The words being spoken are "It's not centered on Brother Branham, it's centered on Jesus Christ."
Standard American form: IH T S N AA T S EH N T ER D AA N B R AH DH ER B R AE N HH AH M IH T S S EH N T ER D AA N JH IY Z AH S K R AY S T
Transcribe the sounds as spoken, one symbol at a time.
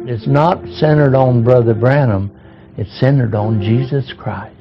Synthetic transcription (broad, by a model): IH T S N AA T S EH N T ER D N B R AH DH ER B R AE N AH M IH T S S EH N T ER D N JH IY Z AH S K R AY S